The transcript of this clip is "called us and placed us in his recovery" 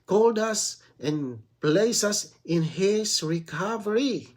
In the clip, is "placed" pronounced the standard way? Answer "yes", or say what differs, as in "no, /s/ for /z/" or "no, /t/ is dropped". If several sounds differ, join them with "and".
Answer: no, /t/ is dropped